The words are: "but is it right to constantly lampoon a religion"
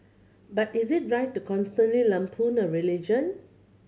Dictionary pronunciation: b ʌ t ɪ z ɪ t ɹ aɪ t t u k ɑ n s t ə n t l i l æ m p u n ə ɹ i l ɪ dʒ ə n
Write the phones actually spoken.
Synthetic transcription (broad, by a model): b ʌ t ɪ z ɪ t ɹ aɪ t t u k ɑ n s t ə n t l i l æ m p u n ə ɹ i l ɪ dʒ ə n